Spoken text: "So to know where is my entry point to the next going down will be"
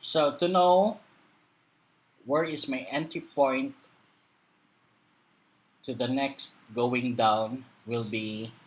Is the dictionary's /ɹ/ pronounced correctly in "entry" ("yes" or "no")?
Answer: no